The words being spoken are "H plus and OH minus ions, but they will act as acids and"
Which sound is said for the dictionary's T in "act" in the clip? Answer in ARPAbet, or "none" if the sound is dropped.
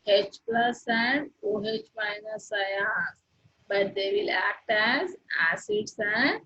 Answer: T